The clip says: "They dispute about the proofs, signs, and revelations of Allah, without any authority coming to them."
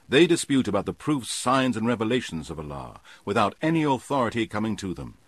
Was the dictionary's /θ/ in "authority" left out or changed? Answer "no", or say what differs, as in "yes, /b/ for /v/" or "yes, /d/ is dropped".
no